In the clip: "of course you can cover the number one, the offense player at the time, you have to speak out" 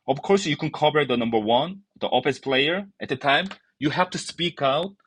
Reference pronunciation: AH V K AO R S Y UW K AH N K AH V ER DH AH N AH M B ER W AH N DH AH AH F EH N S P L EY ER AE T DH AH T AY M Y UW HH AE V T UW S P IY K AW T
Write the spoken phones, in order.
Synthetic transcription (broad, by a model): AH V K AO R S Y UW K AH N K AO P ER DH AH N AH M B ER W AH N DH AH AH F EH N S P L EY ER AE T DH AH T AY M Y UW HH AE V T UW S P IY K AW T